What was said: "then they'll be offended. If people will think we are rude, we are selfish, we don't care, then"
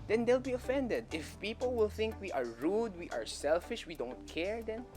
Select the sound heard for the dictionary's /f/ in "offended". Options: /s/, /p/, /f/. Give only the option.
/f/